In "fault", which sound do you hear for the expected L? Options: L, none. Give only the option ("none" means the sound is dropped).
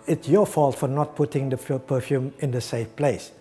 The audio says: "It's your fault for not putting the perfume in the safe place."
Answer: L